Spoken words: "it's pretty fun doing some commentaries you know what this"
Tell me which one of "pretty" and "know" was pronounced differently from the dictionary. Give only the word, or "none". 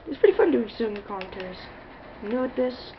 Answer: none